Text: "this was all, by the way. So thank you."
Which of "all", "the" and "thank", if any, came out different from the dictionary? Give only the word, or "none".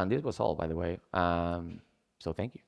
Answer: none